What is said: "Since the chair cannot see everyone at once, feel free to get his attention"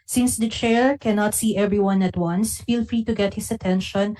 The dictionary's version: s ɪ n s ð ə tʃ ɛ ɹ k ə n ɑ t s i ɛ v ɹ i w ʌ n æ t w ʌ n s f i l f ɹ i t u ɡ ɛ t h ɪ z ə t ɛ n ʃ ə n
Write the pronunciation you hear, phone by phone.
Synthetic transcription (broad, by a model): s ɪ n s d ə tʃ ɛ ɹ k ə n ɑ t s i ɛ v ɹ i w ʌ n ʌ t w ʌ n s f i l f ɹ i t u ɡ ɛ t h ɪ s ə t ɛ n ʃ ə n